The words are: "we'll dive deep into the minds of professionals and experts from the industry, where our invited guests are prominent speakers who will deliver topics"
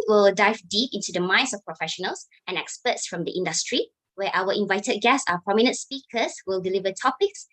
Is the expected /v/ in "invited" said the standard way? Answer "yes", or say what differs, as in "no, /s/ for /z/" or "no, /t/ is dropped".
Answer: yes